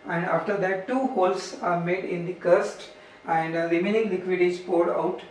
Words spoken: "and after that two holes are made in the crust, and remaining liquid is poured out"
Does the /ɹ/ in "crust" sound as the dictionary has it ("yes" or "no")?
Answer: no